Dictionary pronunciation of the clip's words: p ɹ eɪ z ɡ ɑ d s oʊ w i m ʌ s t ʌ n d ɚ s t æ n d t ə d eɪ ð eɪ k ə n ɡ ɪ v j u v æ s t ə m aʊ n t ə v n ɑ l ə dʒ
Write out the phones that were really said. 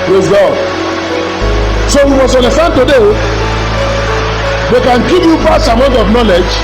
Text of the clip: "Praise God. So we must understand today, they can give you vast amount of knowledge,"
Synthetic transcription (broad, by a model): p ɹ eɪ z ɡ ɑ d s oʊ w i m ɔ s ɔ n d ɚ s t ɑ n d t ə d eɪ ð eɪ k ə n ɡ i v j u p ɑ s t ə m aʊ n t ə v n ɑ l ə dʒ